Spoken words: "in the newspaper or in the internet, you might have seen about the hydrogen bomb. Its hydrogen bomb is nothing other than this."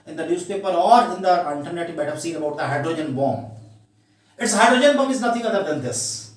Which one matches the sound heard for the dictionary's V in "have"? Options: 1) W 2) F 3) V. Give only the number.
2